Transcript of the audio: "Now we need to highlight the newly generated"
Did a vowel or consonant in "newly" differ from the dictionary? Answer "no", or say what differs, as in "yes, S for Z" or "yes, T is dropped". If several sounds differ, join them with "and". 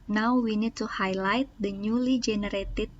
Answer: no